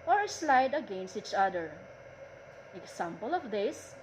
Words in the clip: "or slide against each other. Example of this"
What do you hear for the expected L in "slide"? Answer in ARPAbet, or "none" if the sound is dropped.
L